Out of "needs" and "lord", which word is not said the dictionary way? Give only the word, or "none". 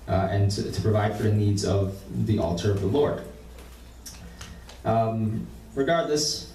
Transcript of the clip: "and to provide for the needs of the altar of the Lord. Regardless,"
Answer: none